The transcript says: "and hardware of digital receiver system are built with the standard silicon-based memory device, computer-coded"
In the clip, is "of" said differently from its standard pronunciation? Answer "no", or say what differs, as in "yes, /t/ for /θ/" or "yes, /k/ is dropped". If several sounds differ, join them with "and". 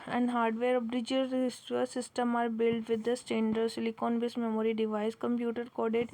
yes, /b/ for /v/